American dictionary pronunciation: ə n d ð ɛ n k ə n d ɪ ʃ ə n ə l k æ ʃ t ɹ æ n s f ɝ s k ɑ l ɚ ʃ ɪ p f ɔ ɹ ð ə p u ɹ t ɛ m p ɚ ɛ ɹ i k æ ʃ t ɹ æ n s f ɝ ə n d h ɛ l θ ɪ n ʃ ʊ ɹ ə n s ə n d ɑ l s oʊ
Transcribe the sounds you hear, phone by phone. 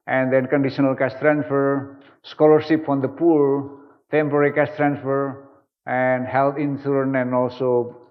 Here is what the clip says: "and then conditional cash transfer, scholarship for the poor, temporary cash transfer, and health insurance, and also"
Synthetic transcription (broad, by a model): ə n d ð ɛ n k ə n d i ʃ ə n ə l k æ s t ɹ æ n s f ɝ s k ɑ l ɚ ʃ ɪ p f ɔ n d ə p u ɹ t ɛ m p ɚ ɹ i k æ s t ɹ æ n s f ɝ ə n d h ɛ l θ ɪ n s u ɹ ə n ə n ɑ l s oʊ